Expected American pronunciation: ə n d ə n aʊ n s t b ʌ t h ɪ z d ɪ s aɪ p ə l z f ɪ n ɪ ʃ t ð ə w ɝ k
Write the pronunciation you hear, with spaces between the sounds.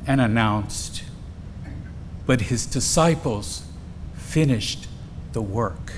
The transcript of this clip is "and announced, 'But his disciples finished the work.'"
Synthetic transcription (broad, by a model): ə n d ə n aʊ n s t b ʌ t h ɪ z d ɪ s aɪ p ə l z f ɪ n ɪ ʃ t ð ə w ɝ k